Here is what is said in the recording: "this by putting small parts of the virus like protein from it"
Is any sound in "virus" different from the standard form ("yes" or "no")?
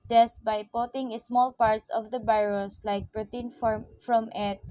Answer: yes